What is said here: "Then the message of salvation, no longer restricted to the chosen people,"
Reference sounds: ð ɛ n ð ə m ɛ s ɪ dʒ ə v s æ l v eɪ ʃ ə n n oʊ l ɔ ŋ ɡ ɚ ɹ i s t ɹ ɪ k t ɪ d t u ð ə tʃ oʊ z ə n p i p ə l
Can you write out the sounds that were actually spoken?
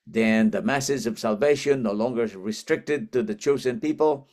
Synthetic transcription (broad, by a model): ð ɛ n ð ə m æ s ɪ z ə v s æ l v eɪ ʃ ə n n oʊ l ɔ ŋ ɡ ɚ ɹ i s t ɹ ɪ k t ɪ d t u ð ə tʃ oʊ z ə n p i p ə l